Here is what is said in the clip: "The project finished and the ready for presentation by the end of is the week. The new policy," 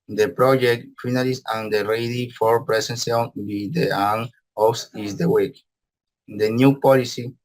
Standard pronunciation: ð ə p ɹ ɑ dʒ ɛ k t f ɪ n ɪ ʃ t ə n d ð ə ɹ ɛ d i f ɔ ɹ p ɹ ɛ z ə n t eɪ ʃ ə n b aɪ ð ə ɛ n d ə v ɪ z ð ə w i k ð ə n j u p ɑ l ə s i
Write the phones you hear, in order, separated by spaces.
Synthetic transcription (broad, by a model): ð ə p ɹ ɑ dʒ ɛ k t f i n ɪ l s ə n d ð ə ɹ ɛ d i f ɔ ɹ p ɹ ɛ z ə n s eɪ ə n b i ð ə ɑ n ə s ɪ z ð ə w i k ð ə n j u p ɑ l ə s i